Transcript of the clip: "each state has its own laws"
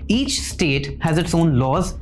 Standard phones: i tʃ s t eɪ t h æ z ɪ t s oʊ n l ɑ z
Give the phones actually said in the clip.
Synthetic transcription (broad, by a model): i tʃ s t eɪ t h æ z ɪ t s oʊ n l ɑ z